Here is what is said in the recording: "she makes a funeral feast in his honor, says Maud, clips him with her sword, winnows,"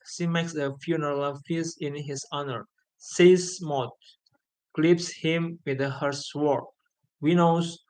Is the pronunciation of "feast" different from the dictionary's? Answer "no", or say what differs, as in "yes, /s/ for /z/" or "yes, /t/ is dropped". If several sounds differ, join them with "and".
yes, /t/ is dropped